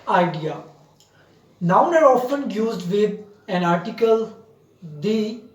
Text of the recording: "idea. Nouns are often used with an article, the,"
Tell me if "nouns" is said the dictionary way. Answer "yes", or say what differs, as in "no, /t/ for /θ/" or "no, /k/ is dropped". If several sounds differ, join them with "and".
no, /z/ is dropped